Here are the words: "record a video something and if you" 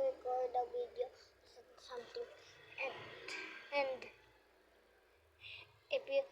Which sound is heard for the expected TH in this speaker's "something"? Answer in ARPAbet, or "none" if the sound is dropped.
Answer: T